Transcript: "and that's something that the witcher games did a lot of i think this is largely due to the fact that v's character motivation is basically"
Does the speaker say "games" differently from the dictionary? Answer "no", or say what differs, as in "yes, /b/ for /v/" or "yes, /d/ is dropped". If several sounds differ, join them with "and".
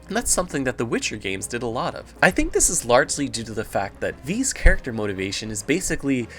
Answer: no